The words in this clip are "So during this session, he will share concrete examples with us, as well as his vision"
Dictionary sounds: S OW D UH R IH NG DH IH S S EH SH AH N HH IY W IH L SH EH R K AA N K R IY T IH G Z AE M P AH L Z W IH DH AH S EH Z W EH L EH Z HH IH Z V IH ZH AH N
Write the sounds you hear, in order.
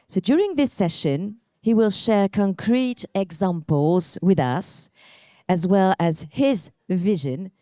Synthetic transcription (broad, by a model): S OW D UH R IH NG DH IH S S EH SH AH N HH IY W IH L SH EH R K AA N K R IY T IH G Z AE M P AH L Z W IH DH AH S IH Z W EH L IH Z HH IH Z V IH ZH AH N